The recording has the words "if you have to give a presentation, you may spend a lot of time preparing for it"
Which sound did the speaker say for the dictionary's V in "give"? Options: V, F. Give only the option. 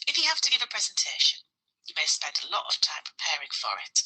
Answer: V